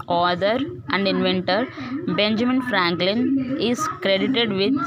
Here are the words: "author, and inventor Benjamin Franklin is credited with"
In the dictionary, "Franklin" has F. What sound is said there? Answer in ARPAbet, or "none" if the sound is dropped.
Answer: F